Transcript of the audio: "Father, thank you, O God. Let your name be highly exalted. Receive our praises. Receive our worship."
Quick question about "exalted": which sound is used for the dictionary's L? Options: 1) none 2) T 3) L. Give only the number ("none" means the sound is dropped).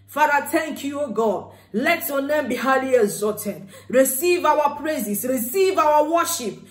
1